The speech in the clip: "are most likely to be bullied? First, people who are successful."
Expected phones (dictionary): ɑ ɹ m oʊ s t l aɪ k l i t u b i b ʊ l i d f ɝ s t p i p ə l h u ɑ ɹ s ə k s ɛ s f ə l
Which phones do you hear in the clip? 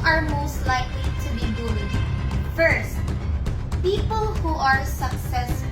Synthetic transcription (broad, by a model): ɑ ɹ m oʊ s t l aɪ k l i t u b i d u i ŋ f ɝ s t p i p ə l h u ɑ ɹ s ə k s ɛ s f